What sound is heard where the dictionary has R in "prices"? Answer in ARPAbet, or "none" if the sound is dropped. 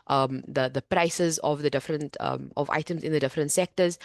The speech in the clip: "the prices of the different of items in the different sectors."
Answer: R